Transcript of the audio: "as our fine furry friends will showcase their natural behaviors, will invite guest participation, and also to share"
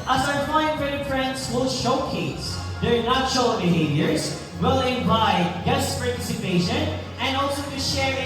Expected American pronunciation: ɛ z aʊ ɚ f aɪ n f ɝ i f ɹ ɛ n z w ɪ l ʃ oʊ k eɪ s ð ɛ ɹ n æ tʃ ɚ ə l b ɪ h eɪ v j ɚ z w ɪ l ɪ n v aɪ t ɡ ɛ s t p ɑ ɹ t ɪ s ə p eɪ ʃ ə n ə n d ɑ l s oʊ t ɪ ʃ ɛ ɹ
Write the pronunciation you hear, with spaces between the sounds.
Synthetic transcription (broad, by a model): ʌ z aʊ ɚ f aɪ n p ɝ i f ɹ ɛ n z w ɪ l ʃ oʊ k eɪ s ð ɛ ɹ n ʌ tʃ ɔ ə b ɪ h eɪ v j ɚ z w ɪ l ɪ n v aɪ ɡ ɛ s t p ɑ ɹ t ɪ s ə p eɪ ʃ ə n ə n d ɑ l s oʊ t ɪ ʃ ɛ ɹ